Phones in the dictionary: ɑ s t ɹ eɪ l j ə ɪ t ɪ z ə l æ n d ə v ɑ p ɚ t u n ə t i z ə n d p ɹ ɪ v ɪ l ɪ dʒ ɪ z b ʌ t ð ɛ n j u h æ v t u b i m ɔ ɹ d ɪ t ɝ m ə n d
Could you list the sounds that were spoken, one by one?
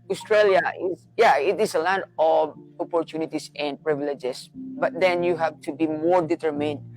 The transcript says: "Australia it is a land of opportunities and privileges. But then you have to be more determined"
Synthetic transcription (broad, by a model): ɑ s t ɹ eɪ l j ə ɪ t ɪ s ə l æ n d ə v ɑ p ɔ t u n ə t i s ə n d p ɹ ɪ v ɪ l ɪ dʒ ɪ s b ʌ t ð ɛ n j u h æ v t u b i m ɔ ɹ d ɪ t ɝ m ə n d